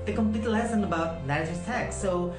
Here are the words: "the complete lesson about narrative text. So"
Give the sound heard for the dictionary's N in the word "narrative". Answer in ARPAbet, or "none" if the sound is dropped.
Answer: L